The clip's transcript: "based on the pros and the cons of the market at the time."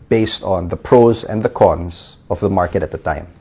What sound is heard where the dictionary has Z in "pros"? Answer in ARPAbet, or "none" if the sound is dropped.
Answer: Z